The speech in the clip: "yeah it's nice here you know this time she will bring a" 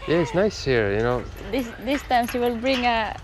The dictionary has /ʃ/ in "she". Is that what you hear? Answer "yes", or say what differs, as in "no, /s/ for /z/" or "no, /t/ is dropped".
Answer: no, /s/ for /ʃ/